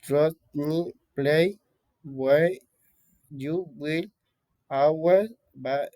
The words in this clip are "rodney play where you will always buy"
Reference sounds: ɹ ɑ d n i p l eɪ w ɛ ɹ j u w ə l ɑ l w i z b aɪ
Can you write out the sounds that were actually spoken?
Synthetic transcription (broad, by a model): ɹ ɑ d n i p l eɪ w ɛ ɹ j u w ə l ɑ w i b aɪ